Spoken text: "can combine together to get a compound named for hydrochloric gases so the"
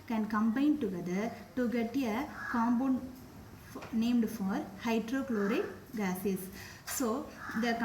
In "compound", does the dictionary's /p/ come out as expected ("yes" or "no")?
no